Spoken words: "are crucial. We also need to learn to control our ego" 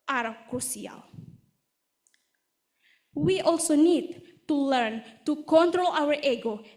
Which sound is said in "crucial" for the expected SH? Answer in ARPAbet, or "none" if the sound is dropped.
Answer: S